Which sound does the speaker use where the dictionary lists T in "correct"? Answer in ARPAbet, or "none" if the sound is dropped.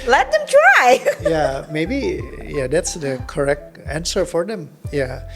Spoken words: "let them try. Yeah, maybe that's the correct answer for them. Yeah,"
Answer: T